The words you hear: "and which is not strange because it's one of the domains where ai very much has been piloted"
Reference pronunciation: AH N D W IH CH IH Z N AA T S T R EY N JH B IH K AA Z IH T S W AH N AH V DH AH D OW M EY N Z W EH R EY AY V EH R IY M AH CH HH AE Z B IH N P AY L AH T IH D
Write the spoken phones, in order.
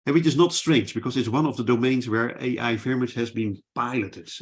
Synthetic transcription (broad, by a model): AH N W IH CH IH Z N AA T S T R EY N JH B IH K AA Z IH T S W AH N AH V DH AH D OW M EY N Z W EH R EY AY F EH R M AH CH HH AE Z B IH N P AY L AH T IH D